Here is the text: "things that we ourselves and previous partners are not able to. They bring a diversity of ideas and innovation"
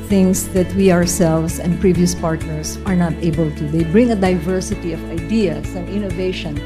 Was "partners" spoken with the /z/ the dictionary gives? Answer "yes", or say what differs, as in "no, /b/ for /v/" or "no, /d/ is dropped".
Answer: no, /s/ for /z/